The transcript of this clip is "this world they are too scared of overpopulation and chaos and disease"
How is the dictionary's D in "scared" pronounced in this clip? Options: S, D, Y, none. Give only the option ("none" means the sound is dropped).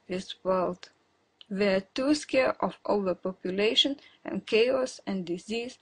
none